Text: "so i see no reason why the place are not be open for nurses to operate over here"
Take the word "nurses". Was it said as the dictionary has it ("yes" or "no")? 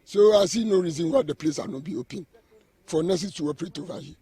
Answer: no